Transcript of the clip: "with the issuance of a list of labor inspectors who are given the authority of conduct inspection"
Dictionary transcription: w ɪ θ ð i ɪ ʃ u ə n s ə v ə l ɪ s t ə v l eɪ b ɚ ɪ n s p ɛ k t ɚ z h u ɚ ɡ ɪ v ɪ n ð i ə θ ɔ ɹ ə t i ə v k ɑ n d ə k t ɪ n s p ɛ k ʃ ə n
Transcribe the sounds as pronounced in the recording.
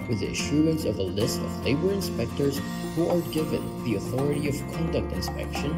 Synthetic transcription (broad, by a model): w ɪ ð i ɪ ʃ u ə n s ə v ə l ɪ s t ə v l eɪ b ɚ ɪ n s p ɛ k t ɚ z h u ɚ ɡ ɪ v ɪ n ð i ə θ ɔ ɹ ə t i ə v k ɑ n d ə k t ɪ n s p ɛ k ʃ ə n